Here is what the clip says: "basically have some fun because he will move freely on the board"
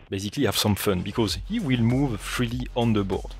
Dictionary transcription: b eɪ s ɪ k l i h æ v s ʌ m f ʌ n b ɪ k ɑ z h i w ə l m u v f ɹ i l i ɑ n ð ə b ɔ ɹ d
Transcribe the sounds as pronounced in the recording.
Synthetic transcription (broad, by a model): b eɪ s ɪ k l i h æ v s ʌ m f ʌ n b ɪ k ɑ z h i w ə l m u v f ɹ i l i ɑ n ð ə b ɔ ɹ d